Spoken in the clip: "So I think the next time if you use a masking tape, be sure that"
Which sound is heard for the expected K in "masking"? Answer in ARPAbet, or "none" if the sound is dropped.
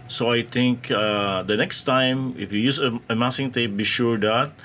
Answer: none